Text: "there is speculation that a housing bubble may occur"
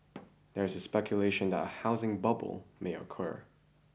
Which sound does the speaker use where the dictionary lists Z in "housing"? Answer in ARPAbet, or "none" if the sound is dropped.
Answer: Z